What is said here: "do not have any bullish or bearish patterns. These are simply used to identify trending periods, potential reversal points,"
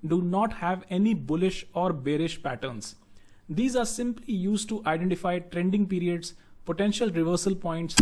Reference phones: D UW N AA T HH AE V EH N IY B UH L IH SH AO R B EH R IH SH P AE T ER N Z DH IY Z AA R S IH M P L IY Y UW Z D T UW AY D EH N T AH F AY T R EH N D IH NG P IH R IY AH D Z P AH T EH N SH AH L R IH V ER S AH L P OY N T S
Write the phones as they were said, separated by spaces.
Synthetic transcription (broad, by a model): D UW N AA T HH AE V EH N IY B UH L IH SH AO R B EH R IH SH P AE T ER N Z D IY Z AA R S IH M P L IY Y UW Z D T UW AY D EH N T AH F AY T R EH N D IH NG P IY R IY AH D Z P AH T EH N SH AH L R IH V ER S AH L P OY N T S